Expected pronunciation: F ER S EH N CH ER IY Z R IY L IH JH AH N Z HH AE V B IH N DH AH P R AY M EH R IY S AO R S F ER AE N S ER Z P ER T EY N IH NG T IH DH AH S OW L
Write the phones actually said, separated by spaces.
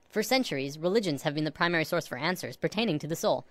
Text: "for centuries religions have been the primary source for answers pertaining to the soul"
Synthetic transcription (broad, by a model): F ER S EH N CH ER IY Z R IY L IH JH AH N Z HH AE V B IH N DH AH P R AY M EH R IY S AO R S F ER AE N S ER Z P ER T EY N IH NG T IH DH AH S OW L